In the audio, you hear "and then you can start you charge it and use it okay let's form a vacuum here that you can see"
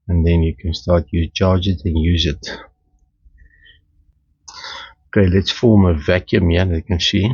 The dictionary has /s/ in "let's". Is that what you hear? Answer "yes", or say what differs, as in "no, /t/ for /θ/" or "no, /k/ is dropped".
yes